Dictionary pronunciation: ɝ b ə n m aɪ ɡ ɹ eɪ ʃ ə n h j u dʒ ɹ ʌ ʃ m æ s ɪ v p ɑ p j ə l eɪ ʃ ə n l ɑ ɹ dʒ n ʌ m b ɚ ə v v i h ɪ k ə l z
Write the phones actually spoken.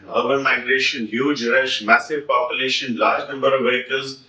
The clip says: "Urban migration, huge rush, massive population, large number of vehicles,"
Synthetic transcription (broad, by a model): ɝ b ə n m aɪ ɡ ɹ eɪ ʃ ə n h j u dʒ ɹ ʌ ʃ m æ s ɪ v p ɑ p j ə l eɪ ʃ ə n l ɑ ɹ dʒ n ʌ m b ɚ ə v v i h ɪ k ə l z